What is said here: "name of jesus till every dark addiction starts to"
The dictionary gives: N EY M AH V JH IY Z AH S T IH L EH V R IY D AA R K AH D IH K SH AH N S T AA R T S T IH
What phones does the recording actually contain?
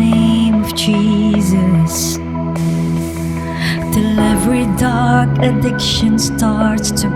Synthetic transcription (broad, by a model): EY M AH V JH IY Z AH S T IH L EH V R IY D AA R K AH D IH K SH AH N S T AA R T S T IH